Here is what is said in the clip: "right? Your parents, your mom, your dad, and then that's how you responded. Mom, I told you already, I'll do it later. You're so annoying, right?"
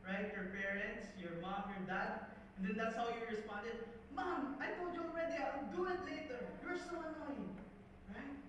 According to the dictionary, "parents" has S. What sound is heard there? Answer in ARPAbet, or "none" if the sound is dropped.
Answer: S